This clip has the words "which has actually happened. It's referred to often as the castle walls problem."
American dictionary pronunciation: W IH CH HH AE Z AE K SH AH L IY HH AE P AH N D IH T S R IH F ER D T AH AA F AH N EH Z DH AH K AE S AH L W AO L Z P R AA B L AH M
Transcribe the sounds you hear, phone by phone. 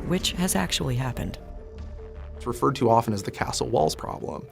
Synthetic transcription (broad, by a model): W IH CH HH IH Z AE K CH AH L IY HH AE P AH N D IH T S R IH F ER D T AH AA F AH N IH Z DH AH K AE S L W AO L Z P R AA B L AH M